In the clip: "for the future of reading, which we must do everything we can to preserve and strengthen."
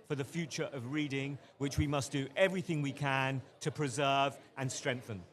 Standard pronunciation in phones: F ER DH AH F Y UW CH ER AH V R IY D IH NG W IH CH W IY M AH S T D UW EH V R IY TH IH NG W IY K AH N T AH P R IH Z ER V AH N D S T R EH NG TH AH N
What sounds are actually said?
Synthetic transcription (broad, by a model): F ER DH AH F Y UW CH ER AH V R IY D IH NG W IH CH W IY M AH S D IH EH V R IY TH IH NG W IY K AH N T AH P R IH Z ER V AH N S T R EH NG TH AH N